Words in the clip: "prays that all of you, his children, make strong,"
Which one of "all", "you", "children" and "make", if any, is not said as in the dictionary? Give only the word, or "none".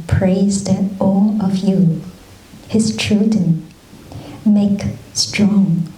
children